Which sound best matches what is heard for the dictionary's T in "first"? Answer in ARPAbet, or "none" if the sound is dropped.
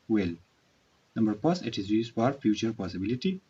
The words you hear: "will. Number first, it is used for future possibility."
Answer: none